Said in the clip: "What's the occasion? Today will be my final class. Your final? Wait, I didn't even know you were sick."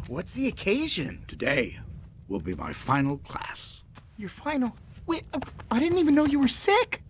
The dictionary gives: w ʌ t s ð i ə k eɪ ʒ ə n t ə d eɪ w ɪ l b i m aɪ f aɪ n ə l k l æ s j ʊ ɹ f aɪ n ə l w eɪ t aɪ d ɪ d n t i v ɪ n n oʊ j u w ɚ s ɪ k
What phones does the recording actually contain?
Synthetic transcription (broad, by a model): w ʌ t s ð i ə k eɪ ʒ ə n t ə d eɪ w ɪ l b i m aɪ f aɪ n l k l æ s j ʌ ɹ f aɪ n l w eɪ aɪ d ɪ d n t i v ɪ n n oʊ j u w ɚ s ɪ k